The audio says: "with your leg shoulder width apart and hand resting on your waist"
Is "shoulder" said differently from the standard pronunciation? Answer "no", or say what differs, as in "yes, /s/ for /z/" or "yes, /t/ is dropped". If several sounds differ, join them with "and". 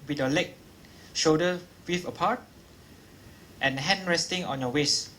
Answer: yes, /l/ is dropped